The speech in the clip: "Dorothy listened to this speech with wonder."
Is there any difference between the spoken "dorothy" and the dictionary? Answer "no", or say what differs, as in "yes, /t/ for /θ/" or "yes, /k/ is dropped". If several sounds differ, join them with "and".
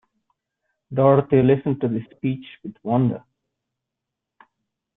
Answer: yes, /t/ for /θ/